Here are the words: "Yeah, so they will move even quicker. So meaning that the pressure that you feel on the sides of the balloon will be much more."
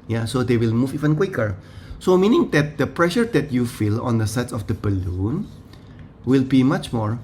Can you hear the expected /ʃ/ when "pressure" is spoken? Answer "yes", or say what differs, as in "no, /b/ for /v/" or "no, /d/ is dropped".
yes